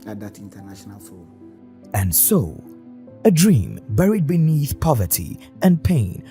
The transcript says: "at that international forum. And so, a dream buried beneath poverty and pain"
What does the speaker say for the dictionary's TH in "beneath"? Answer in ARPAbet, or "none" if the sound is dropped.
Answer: TH